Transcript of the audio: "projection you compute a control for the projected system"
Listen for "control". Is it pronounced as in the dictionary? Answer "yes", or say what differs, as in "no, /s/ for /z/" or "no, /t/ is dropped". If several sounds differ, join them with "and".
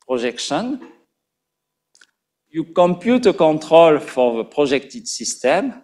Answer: no, /n/ is dropped